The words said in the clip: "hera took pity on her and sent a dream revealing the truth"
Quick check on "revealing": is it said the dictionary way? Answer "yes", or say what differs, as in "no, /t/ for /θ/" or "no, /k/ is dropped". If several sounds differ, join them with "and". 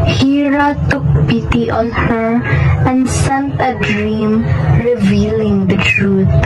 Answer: yes